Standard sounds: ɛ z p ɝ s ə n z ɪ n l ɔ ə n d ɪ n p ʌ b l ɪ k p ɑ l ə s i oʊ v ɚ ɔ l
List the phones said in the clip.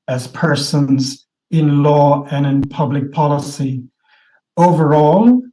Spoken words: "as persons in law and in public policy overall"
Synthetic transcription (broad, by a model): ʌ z p ɝ s ə n z ɪ n l ɔ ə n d ɪ n p ʌ b l ɪ k p ɑ l ə s i oʊ v ɚ ɔ l